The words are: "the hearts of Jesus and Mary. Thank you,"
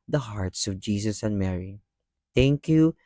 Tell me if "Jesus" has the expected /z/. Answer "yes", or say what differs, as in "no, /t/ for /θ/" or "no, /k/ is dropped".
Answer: no, /s/ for /z/